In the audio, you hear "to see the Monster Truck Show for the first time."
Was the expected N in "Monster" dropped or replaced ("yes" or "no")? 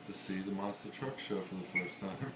yes